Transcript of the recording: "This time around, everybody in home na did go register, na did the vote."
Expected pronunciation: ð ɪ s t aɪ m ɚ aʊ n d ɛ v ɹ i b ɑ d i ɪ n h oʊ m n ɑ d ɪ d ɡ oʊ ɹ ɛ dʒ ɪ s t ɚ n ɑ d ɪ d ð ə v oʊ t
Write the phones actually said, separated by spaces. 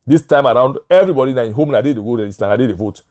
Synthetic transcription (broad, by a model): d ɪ s t aɪ m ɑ aʊ n d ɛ v ɹ i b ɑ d i ɪ n h oʊ m n ɑ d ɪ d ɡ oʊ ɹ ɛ ɪ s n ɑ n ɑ d ɪ d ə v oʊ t